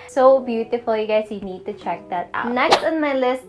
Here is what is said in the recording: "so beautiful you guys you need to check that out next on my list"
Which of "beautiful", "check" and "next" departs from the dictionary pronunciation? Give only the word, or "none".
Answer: none